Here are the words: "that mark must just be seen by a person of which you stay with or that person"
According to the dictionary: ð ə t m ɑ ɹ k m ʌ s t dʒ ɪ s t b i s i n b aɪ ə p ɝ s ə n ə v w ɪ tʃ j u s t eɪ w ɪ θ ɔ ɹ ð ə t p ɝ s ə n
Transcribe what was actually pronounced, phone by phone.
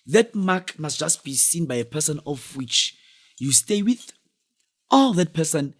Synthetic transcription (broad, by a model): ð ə t m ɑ k m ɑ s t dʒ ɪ s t b i s i n b aɪ ə p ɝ s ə n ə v w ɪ tʃ j u s t eɪ w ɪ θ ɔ l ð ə t p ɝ s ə n